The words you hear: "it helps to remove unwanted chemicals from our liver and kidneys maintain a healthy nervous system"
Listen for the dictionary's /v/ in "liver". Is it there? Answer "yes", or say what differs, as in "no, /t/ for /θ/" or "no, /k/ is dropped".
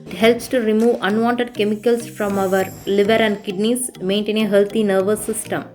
yes